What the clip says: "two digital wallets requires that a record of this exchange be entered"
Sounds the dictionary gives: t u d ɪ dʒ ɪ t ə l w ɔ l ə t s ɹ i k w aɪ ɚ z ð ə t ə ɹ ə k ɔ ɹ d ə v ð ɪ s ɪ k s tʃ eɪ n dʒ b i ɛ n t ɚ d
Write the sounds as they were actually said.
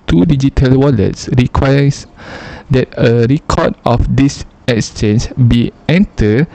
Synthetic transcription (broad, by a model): t u d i dʒ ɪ t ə l w ɔ l ə t s ɹ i k w aɪ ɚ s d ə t ə ɹ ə k ɔ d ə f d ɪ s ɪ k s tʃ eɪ n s b i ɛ n t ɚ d